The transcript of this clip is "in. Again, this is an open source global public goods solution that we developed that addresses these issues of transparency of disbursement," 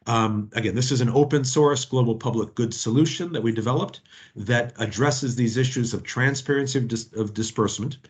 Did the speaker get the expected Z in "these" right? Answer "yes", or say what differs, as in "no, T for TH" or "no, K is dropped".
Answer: yes